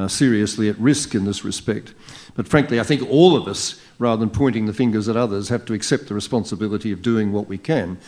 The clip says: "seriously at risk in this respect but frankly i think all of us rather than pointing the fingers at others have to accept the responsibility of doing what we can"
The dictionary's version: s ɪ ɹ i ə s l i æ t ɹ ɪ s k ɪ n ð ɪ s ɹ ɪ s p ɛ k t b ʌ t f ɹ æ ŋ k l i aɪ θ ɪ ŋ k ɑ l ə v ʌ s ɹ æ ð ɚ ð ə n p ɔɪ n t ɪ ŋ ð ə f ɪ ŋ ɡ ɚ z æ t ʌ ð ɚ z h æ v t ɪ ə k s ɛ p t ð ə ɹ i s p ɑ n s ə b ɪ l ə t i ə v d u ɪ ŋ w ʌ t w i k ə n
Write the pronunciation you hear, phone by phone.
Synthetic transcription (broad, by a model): s ɪ ɹ i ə s l i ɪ t ɹ ɪ s k ɪ n ð ɪ s ɹ ɪ s p ɛ k t b ʌ t f ɹ æ ŋ k l i aɪ θ ɪ ŋ k ɑ l ə v ʌ s ɹ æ ð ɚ ð ə n p ɔɪ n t ɪ ŋ ð ə f ɪ ŋ ɡ ɚ z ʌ t ʌ ð ɚ z h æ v t ɪ ə k s ɛ p t ð ə ɹ i s p ɑ n s ə b ɪ l ə t i ə v d u ɪ ŋ w ʌ t w i k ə n